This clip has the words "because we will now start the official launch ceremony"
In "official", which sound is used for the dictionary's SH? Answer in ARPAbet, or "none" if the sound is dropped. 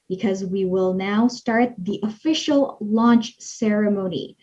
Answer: SH